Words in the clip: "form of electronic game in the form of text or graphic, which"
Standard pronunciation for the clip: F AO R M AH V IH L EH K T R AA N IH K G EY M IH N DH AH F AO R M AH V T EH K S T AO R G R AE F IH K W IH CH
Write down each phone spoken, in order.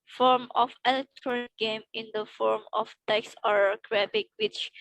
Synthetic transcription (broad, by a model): F AO R M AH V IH L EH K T R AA N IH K G EY M IH N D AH F AO R M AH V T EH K S AO R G R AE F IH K W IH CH